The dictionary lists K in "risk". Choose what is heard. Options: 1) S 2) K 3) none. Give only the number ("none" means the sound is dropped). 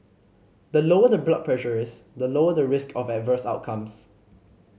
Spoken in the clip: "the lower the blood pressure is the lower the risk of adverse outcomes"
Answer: 2